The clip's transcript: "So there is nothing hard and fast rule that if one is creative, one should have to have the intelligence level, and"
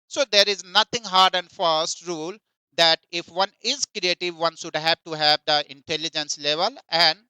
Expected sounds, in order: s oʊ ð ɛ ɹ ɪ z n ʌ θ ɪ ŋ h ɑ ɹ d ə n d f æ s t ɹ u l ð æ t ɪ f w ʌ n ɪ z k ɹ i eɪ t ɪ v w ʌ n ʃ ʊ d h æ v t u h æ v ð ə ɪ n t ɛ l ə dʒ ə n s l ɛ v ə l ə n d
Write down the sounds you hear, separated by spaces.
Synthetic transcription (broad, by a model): s oʊ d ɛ ɹ ɪ z n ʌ t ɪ ŋ h ɑ ɹ d ə n d f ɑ s t ɹ u l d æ t ɪ f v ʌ n ɪ z k ɹ i eɪ t ɪ v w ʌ n ʃ ʊ d h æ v t u h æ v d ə ɪ n t ɛ l ə dʒ ə n s l ɛ v ə l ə n d